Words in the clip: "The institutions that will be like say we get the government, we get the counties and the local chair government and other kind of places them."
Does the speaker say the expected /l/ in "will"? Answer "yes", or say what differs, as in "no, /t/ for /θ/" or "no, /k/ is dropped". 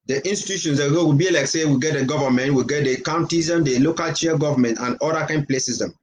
no, /w/ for /l/